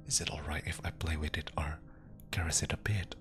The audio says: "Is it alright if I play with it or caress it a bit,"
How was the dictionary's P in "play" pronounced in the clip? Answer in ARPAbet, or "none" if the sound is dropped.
P